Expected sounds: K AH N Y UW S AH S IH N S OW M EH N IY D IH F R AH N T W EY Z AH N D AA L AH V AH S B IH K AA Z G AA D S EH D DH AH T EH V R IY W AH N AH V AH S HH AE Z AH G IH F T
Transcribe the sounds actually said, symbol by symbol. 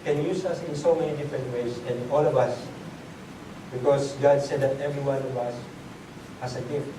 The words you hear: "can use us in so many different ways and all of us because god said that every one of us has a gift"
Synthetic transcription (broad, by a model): K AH N Y UW S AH S IH N S OW M EH N IY D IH F R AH N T W EY S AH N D AA L AH V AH S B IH K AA S G AA D S EH D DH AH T EH V R IY W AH N AH V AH S HH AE S AH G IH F